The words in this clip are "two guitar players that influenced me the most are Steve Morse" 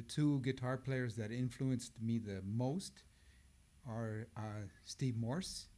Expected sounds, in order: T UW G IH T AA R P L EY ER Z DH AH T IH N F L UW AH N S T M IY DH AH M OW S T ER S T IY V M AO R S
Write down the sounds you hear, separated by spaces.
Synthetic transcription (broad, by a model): T UW G IH T AA R P L EY ER Z DH AH T IH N F L UW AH N S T M IY DH AH M OW S T ER S T IY V M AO R S